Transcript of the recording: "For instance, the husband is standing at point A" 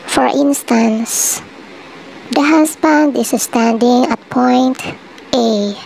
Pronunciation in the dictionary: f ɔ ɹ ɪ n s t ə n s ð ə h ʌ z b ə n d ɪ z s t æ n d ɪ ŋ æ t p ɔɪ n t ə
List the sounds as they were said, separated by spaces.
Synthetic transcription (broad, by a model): f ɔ ɹ ɪ n s t ə n s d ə h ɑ s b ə n d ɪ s s t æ n d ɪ ŋ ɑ t p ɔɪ n t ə